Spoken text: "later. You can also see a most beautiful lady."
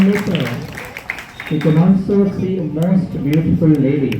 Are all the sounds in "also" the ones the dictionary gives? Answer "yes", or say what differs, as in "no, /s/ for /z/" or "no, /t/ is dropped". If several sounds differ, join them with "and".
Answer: no, /n/ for /l/